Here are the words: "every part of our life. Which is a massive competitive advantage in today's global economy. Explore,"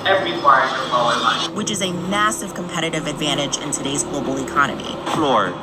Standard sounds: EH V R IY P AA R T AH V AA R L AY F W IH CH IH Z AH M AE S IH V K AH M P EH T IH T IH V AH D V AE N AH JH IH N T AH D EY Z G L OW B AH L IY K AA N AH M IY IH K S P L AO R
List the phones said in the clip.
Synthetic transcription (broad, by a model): EH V R IY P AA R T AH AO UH L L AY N W IH CH IH Z AH M AE S IH V K AH M P EH T IH T IH V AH D V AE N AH JH IH N T AH D EY Z G L OW B L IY K AA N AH M IY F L AO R